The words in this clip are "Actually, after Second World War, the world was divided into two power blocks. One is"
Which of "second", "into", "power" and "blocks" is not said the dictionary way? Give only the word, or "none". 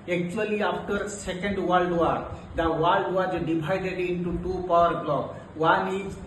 blocks